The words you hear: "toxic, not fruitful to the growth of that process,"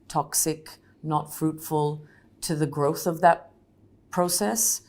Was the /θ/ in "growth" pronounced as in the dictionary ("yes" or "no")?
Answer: yes